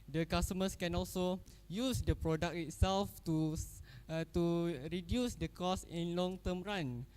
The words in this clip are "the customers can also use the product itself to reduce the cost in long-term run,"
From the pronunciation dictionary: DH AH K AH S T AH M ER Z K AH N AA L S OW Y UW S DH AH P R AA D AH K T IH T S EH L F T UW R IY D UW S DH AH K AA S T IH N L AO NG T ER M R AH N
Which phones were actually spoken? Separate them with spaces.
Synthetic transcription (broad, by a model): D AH K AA S T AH M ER S K AH N AA L S OW Y UW S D AH P R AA D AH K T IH T S EH L F T UW R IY D UW S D AH K AA S IH N L AO NG T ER M R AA N